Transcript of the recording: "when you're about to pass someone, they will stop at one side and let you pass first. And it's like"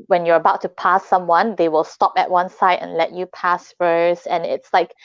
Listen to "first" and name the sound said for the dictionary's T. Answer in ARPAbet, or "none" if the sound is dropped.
none